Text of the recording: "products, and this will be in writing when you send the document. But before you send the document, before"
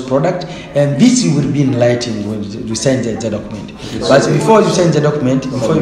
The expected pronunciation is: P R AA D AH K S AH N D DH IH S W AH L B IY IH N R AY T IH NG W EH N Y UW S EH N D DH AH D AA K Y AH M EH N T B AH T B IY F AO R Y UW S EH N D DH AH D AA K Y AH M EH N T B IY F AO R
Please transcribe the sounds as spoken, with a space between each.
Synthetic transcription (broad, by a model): P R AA D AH K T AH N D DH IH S W AH L B IY IH N L AY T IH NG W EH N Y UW S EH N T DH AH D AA K Y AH M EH N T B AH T B IY F AO R Y UW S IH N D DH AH D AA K Y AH M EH N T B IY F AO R